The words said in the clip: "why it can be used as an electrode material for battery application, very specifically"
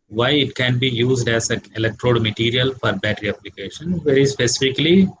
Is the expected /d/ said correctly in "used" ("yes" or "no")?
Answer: yes